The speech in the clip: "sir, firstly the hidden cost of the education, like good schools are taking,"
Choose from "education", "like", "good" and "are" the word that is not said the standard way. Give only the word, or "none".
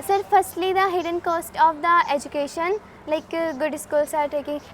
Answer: none